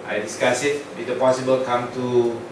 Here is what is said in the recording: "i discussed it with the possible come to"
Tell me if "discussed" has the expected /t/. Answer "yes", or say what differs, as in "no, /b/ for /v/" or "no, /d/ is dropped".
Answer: no, /t/ is dropped